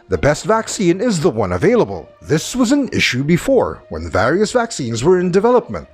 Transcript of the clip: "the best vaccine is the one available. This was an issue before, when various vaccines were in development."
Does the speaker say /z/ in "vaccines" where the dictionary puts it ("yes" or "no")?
yes